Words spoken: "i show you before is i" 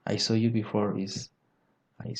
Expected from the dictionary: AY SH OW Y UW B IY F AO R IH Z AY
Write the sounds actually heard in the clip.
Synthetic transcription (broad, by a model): AY S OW Y UW B IY F AO R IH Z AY